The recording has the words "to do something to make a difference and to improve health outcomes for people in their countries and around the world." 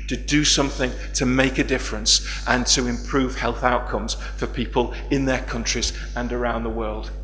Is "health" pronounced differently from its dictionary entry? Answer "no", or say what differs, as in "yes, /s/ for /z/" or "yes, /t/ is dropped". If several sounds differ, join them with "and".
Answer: no